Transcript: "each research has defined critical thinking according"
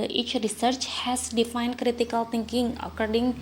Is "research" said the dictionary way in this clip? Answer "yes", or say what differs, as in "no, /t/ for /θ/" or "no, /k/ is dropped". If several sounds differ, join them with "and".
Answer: yes